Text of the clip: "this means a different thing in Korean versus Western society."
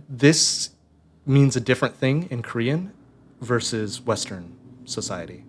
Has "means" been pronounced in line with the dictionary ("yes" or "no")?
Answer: yes